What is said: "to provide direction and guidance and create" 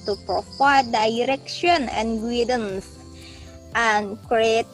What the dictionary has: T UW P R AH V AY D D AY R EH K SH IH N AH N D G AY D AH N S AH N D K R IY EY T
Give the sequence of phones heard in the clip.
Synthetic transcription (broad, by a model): T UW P R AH F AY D D AY R EH K SH IH N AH N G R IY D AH N S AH N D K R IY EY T